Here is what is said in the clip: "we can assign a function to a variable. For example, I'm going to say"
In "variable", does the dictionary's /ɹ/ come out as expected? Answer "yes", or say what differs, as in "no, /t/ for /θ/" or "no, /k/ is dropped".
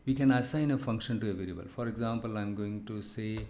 no, /l/ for /ɹ/